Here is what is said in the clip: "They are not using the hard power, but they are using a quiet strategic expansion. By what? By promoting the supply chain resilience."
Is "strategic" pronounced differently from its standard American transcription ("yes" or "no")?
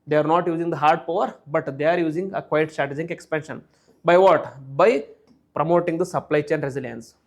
yes